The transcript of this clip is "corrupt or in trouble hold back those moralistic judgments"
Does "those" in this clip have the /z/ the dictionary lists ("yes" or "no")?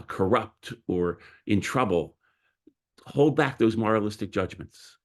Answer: yes